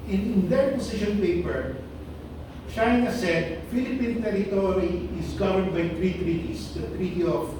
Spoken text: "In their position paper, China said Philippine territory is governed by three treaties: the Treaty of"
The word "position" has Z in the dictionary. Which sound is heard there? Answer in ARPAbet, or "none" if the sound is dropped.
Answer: S